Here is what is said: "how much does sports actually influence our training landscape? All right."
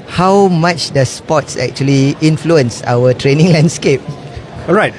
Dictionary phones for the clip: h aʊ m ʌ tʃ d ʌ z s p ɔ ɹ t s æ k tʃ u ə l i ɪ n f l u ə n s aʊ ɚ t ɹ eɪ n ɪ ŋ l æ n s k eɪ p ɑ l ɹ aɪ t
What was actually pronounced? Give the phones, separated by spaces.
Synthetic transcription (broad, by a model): h aʊ m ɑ tʃ d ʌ s p ɔ t s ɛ k tʃ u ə l i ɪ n f l u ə n s aʊ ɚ t ɹ eɪ n ɪ ŋ l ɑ n s k eɪ p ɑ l ɹ aɪ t